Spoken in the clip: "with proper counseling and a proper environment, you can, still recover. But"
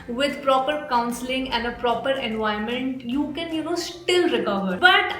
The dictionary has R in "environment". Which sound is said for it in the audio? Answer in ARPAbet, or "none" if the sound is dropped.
none